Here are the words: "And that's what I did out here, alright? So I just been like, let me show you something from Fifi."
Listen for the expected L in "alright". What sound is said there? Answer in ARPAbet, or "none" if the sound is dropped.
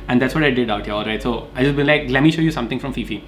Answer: L